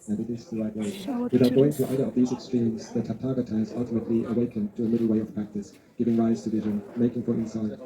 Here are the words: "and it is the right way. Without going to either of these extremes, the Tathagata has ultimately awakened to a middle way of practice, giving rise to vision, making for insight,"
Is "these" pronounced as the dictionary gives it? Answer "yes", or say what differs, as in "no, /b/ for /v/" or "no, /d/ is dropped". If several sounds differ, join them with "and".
yes